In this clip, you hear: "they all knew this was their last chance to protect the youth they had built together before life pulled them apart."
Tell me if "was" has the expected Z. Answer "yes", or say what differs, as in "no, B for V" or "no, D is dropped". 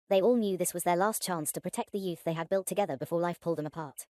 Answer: yes